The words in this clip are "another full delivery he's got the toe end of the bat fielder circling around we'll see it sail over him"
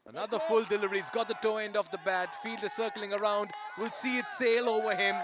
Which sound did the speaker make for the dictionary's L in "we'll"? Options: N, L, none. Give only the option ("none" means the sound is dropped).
L